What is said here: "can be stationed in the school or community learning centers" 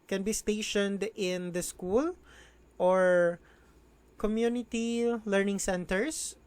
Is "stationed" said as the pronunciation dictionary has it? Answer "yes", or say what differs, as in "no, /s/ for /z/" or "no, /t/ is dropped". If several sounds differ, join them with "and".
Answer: yes